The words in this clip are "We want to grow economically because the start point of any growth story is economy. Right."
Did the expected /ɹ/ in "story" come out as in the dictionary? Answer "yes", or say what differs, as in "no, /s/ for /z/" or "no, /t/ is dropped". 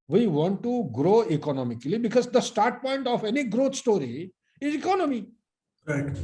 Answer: yes